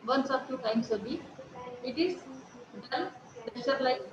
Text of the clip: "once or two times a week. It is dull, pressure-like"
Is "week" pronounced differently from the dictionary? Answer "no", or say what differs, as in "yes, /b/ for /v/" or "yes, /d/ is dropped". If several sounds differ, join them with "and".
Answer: yes, /k/ is dropped